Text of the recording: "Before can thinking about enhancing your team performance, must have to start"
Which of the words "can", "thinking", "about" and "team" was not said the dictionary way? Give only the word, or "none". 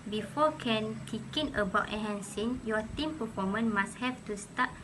thinking